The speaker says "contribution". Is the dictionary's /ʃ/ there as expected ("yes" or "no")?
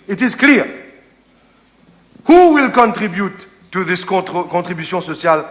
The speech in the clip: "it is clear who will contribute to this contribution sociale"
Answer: no